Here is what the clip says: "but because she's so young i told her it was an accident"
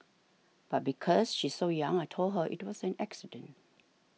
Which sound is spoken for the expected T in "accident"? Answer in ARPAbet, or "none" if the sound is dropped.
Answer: T